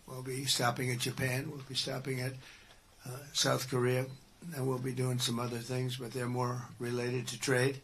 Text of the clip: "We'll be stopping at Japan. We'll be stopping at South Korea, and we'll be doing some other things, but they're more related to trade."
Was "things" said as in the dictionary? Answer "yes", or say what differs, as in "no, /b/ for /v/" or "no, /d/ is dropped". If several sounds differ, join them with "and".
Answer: yes